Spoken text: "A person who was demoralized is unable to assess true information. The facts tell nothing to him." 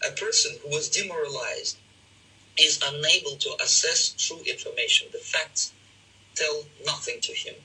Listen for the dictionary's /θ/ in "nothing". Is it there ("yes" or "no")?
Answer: yes